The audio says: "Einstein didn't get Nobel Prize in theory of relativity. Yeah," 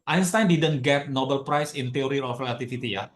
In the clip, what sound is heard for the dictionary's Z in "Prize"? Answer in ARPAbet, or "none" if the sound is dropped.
S